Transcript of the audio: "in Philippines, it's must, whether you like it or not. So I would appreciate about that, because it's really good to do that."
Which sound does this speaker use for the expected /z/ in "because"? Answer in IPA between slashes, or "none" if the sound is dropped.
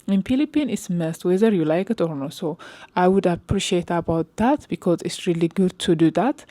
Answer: /z/